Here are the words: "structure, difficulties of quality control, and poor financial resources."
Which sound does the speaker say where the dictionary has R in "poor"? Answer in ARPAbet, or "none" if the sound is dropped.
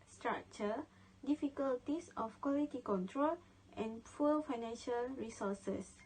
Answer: L